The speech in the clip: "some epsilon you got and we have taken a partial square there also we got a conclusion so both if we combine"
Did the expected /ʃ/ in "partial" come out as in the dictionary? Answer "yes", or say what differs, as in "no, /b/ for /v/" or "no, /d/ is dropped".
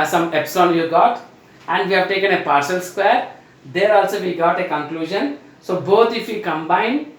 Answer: no, /s/ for /ʃ/